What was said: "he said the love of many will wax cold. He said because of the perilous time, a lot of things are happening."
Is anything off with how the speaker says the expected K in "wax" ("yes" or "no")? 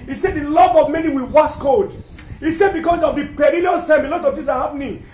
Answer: yes